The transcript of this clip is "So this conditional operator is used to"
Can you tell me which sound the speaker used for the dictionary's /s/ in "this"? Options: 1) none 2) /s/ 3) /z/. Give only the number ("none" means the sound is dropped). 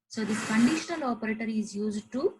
1